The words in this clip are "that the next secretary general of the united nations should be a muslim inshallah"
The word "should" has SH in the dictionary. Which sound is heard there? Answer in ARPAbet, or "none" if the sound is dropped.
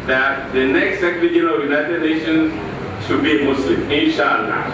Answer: SH